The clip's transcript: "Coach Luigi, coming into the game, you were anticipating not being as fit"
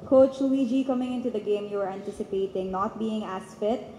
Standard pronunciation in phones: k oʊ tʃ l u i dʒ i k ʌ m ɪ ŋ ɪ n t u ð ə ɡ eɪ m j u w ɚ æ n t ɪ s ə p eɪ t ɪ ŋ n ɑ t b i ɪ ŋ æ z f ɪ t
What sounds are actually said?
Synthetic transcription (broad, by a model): k oʊ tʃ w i dʒ i k ʌ m ɪ ŋ ɪ n t u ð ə ɡ eɪ m j u w ɚ æ n t ɪ s ə p eɪ t ɪ ŋ n ɑ t b i ɪ ŋ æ s f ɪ t